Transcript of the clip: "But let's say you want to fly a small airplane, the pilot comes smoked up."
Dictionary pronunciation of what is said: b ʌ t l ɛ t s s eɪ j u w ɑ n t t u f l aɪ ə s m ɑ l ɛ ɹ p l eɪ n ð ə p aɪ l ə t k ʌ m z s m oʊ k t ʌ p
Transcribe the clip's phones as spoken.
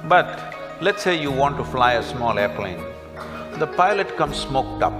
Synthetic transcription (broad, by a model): b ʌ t l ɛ t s s eɪ j u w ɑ n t t u f l aɪ ə s m ɑ l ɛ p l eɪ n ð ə p aɪ l ə t k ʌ m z s m oʊ k t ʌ p